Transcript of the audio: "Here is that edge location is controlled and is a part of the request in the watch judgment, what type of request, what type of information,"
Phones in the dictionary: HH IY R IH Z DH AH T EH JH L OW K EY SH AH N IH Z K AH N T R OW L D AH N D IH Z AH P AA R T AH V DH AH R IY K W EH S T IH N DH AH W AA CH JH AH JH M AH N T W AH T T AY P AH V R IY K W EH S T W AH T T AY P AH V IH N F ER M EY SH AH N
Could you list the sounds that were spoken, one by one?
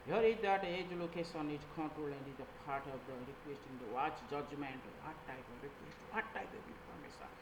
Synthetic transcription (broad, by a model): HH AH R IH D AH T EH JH L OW K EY S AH N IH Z K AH N T R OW L AH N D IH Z AH P AA R T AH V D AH R IY K W EH S T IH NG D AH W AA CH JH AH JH M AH N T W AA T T AY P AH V R IY K W EH S T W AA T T AY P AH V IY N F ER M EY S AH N